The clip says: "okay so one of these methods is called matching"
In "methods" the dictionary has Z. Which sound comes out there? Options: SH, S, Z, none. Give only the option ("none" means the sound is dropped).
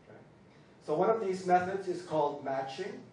Z